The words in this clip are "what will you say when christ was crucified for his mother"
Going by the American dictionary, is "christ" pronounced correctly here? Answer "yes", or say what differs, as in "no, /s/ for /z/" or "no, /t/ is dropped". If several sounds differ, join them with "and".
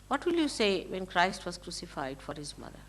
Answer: yes